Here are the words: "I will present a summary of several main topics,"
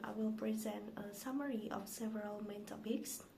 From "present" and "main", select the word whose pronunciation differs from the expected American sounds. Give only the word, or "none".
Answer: none